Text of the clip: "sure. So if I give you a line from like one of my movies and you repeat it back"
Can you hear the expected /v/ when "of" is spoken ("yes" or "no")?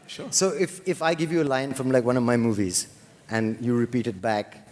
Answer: yes